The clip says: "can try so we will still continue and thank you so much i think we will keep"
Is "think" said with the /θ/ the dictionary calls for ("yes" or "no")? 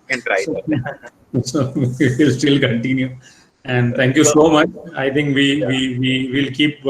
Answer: no